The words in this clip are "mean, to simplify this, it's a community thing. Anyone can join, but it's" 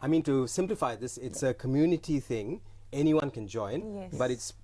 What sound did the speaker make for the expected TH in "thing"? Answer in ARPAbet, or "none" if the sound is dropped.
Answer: TH